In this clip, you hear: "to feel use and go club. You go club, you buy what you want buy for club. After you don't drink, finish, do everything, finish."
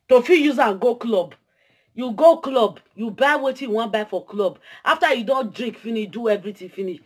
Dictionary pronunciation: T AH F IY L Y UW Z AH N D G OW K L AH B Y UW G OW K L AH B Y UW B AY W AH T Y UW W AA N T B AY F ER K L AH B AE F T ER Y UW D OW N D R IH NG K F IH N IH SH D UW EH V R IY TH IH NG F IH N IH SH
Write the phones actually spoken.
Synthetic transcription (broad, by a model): T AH F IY Y UW Z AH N G OW K L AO B Y UW G OW K L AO B Y UW B AY W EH T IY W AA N B AY F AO K L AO B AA F T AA Y UW D OW N D R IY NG K F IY N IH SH D UW EH V R IY T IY F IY N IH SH